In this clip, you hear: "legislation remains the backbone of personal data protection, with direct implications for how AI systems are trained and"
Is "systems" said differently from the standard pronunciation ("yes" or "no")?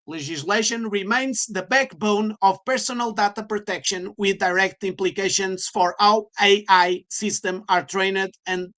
yes